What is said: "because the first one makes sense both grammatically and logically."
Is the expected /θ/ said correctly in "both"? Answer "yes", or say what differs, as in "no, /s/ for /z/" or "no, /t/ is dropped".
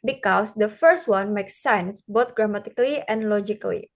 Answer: no, /t/ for /θ/